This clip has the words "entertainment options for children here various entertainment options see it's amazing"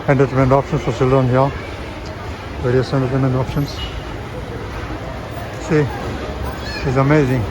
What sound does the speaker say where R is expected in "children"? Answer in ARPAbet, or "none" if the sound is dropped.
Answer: none